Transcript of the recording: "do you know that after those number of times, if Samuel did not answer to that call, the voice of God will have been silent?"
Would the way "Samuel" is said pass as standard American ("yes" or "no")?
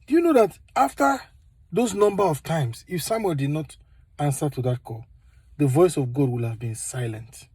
no